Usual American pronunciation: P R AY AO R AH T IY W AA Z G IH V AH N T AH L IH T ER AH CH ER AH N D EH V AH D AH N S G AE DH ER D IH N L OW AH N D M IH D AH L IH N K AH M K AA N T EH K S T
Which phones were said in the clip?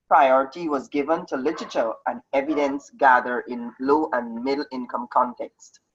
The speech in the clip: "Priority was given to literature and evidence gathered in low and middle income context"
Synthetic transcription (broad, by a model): P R AY AO R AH T IY W AA Z G IH V AH N T AH L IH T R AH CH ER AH N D EH V AH D AH N S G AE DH ER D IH N L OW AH N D M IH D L IH N K AH M K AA N T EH K S T